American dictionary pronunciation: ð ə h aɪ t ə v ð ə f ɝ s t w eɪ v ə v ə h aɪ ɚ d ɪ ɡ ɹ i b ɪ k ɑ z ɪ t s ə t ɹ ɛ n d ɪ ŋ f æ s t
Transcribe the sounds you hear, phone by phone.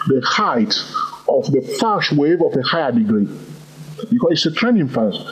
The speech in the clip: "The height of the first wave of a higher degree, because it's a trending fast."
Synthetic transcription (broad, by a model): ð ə h aɪ t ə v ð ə f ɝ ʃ w eɪ v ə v ə h aɪ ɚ d ɪ ɡ ɹ i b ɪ k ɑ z ɪ t s ə t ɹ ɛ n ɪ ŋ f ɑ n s